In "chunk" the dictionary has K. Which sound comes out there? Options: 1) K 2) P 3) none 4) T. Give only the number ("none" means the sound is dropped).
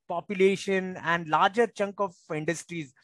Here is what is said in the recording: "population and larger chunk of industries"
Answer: 1